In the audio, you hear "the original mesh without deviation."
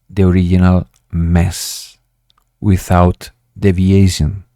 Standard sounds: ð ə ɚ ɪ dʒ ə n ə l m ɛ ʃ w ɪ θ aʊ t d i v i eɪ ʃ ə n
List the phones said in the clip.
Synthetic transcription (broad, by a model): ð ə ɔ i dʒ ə n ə l m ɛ s w ɪ θ aʊ t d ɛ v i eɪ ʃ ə n